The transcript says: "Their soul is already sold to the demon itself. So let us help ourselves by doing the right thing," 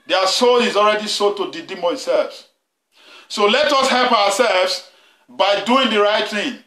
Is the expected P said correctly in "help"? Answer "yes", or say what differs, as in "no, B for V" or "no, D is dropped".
yes